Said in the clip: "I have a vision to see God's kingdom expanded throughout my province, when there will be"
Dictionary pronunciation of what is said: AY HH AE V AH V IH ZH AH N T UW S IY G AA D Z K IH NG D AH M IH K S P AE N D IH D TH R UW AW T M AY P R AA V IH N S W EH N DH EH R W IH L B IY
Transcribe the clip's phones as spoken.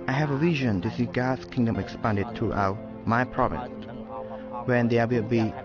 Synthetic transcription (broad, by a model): AY HH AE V AH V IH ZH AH N T UW S IY G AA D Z K IH NG D AH M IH K S P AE N D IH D T R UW AW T M AY P R AA V IH N S W EH N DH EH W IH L B IY